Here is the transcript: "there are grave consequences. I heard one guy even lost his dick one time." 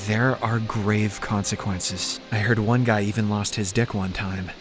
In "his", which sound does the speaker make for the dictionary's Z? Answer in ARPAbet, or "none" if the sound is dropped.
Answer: Z